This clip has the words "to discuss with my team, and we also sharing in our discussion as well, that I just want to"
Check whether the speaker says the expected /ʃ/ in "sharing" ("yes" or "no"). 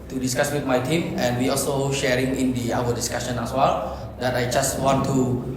yes